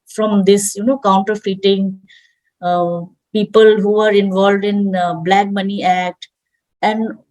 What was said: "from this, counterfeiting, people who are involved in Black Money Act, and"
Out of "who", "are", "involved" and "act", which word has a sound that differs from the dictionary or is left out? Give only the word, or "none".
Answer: none